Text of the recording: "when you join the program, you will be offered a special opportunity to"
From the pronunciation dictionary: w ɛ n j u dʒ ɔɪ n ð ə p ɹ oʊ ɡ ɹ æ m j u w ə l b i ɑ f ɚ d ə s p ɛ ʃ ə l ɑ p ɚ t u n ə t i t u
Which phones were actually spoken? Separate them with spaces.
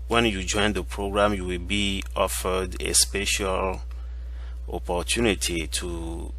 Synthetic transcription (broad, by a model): w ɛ n j u dʒ ɔɪ n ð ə p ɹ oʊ ɡ ɹ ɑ m j u w ə l b i ɑ f ɚ d ə s p ɛ ʃ ə l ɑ p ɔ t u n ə t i t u